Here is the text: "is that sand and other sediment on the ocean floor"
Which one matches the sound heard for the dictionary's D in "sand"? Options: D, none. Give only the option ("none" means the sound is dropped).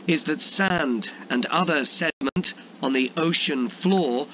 D